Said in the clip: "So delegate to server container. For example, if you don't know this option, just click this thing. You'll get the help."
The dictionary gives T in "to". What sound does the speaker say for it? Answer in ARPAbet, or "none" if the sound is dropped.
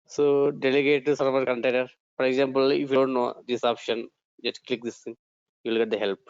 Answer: S